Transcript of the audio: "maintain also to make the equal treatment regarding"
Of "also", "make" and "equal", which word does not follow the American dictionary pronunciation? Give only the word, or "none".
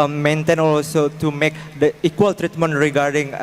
none